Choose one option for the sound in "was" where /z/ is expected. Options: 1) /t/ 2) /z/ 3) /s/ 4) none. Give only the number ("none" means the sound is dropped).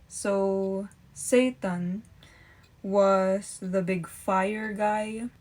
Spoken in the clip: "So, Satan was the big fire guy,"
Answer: 3